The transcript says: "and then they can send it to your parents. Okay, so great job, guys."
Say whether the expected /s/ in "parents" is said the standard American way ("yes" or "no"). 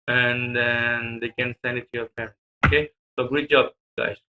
no